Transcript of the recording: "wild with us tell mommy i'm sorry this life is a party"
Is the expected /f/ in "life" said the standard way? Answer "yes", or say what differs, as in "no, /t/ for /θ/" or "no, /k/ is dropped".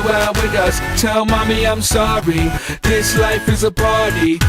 yes